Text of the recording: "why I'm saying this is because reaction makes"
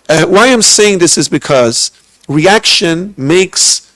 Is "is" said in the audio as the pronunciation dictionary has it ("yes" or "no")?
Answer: yes